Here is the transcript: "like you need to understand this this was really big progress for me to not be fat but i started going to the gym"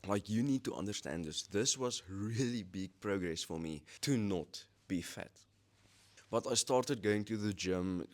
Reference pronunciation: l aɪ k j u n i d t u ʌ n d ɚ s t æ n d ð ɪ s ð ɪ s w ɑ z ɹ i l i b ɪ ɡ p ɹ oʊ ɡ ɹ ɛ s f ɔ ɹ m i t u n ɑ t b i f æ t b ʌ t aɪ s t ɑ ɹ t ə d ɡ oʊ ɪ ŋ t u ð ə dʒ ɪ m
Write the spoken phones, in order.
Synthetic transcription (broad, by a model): l aɪ k j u n i d t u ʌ n d ɚ s t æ n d ð ɪ s ð ɪ s w ɑ z ɹ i l i b ɪ ɡ p ɹ oʊ ɡ ɹ ɛ s f ɔ ɹ m i t u n ɑ t b i f æ t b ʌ t aɪ s t ɑ ɹ t ə d ɡ oʊ ɪ ŋ t u ð ə dʒ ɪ m